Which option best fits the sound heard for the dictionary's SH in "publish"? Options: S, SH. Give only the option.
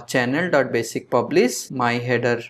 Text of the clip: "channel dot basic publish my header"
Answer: S